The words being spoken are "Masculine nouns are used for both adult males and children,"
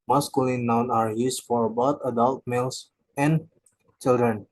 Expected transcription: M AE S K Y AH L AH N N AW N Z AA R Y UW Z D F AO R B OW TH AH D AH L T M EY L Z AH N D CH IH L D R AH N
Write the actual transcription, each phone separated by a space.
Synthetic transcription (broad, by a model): M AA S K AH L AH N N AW N AA R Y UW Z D F AO R B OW T AH D AH L T M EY L S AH N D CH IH L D R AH N